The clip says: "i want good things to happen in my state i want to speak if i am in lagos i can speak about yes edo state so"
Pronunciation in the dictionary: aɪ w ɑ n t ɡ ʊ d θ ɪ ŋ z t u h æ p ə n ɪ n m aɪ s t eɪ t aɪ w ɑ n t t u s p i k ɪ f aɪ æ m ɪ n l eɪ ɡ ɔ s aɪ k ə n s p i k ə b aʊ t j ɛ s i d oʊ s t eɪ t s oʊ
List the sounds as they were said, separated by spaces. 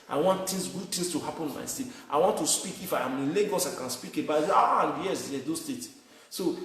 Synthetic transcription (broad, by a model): aɪ w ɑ n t ɡ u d t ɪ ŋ s t u h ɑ p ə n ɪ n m aɪ s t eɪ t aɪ w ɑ n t t u s p i k ɪ f aɪ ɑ m ɪ n l eɪ ɡ ɔ s aɪ k ə n s p i k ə b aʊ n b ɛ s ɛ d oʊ s t eɪ t s oʊ